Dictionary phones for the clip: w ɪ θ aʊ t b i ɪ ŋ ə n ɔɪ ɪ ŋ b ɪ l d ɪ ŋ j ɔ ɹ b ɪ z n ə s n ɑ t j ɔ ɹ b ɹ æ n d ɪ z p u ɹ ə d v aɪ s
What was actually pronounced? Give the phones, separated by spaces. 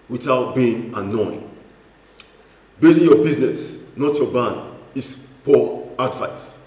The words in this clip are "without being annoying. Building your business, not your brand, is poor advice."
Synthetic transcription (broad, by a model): w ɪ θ aʊ t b i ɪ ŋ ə n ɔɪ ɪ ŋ b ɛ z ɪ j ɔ b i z n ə s n ɑ t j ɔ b ɑ n ɪ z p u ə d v aɪ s